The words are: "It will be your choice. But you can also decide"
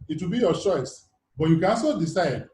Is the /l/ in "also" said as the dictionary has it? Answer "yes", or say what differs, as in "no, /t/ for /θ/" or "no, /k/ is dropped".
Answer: no, /l/ is dropped